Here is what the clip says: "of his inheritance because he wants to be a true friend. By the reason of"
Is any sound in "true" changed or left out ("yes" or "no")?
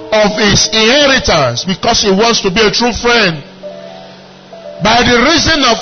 no